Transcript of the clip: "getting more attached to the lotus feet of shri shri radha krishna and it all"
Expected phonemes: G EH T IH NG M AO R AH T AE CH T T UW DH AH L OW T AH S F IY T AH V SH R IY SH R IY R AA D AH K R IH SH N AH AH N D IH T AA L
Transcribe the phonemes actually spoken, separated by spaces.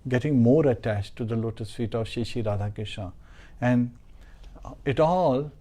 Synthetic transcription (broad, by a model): G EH T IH NG M AO R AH T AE CH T T UW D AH L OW T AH S F IY T AH V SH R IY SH IY R AA D AH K IH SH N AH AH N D IH T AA L